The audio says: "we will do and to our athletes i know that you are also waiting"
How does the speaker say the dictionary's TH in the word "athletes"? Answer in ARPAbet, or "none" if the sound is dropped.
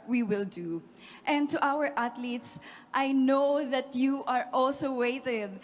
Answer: T